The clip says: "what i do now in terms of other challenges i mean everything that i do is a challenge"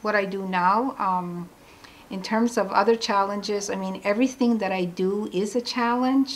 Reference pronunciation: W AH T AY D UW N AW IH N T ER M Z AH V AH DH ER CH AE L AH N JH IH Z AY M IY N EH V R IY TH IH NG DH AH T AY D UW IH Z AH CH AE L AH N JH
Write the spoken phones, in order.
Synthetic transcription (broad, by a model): W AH T AY D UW N AW IH N T ER M Z AH V AH DH ER CH AE L AH N JH IH Z AY M IY N EH V R IY TH IH NG DH AH T AY D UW IH Z AH CH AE L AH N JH